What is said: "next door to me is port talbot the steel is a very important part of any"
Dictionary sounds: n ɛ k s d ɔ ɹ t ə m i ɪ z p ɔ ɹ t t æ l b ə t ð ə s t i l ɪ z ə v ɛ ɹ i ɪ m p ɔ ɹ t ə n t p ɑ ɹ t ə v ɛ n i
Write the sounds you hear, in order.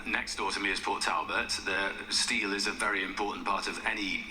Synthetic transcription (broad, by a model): n ɛ k s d ɔ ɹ t ə m i ɪ z p ɔ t t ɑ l b ə t ð ə s t i l ɪ z ə v ɛ ɹ i ɪ m p ɔ t n p ɑ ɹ t ə v ɛ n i